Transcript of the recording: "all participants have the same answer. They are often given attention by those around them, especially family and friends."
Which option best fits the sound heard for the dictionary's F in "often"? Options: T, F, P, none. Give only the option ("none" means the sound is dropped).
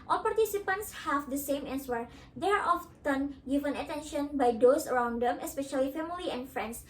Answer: F